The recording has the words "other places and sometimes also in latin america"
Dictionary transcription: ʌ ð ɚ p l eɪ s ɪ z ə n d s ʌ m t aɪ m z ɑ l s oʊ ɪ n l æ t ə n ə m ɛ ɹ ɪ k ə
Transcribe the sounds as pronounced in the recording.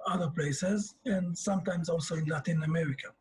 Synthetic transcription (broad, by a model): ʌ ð ɚ p l eɪ s ɪ z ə n s ʌ m t aɪ m z ɑ l s oʊ ɪ n l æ t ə n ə m ɛ ɹ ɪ k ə